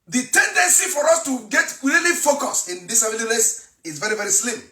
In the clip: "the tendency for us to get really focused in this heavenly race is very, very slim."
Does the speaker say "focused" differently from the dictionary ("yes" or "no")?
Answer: yes